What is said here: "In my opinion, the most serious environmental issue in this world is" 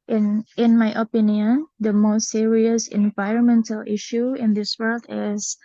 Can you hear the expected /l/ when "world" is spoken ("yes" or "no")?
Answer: yes